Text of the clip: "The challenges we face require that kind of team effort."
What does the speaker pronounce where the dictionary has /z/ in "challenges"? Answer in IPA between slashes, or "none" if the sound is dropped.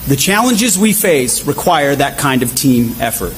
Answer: /z/